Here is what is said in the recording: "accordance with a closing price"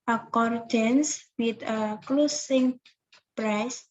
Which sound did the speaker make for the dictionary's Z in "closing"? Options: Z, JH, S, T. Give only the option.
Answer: S